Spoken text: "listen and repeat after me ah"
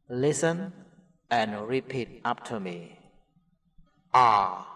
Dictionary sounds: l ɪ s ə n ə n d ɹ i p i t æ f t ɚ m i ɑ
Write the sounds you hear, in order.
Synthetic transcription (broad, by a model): l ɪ s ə n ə n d ɹ i p i t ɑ p t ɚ m i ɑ